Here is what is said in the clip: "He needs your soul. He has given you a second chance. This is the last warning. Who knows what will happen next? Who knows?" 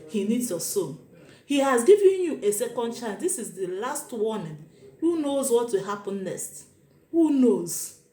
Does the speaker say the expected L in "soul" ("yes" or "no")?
no